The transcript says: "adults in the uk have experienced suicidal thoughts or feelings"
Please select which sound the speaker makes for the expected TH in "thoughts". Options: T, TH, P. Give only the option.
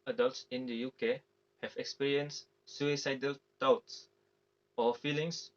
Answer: T